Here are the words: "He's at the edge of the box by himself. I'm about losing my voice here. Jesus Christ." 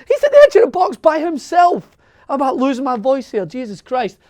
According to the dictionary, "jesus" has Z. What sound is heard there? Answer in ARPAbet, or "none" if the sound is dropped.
Z